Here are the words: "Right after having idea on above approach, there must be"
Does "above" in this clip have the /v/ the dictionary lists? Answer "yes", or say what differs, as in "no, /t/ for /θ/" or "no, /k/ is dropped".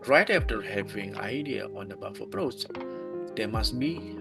no, /f/ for /v/